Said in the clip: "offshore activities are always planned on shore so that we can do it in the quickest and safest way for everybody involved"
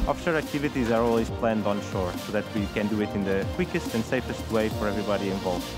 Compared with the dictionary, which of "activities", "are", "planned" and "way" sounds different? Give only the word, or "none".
none